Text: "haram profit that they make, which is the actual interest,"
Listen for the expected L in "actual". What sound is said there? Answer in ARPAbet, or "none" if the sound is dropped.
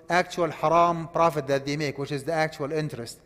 L